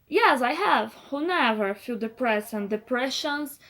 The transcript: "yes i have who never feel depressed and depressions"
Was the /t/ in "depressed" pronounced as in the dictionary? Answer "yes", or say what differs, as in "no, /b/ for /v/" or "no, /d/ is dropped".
no, /t/ is dropped